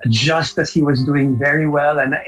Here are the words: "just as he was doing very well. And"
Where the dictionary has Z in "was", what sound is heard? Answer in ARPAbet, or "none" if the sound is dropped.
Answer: Z